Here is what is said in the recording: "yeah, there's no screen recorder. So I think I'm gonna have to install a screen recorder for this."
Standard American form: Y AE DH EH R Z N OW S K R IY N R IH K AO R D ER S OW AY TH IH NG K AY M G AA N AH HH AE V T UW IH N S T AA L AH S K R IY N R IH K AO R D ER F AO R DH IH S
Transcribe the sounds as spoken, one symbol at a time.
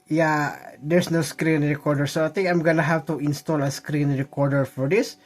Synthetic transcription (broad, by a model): Y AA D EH R S N OW S K R IY N R IH K AO R D ER S OW AY T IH NG K AY M G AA N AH HH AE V T UW IH N S T AA L AH S K R IY N R IH K AO R D ER F AO R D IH S